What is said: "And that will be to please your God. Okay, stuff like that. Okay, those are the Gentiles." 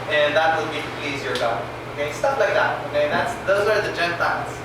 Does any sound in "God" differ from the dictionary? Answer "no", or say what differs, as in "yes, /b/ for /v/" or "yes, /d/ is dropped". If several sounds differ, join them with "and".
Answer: yes, /d/ is dropped